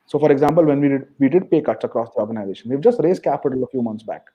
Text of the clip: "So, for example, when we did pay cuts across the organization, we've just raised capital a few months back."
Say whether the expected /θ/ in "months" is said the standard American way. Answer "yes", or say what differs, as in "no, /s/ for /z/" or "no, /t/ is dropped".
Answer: no, /t/ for /θ/